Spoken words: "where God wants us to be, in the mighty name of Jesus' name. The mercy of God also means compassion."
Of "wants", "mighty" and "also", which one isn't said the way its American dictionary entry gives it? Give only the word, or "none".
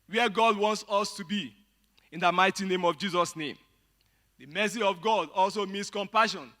none